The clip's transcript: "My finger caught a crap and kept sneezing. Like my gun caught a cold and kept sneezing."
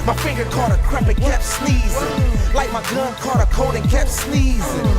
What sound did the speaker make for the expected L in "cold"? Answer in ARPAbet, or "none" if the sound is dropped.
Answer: none